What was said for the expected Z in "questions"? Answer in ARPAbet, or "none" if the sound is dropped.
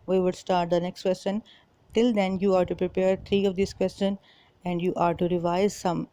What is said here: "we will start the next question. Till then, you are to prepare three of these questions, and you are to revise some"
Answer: none